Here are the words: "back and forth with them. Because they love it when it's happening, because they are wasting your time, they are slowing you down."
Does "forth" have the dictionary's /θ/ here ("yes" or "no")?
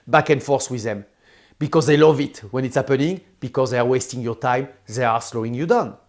no